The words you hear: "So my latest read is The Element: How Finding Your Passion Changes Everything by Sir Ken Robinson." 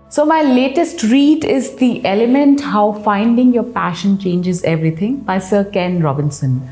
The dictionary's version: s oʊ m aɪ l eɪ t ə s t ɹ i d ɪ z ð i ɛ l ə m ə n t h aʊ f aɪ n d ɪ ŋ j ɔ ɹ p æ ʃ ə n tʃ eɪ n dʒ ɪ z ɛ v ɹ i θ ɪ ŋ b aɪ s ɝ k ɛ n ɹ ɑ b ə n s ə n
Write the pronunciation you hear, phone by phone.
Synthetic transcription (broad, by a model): s oʊ m aɪ l eɪ t ə s t ɹ i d ɪ z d i ɛ l ə m ə n t h aʊ f aɪ n d ɪ ŋ j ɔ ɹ p æ ʃ ə n tʃ eɪ n dʒ ɪ z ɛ v ɹ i t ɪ ŋ b aɪ s ɝ k ɛ n ɹ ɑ b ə n s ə n